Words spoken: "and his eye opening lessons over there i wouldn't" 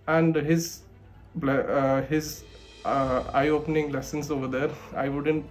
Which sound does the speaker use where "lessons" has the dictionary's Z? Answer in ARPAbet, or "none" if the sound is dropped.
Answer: S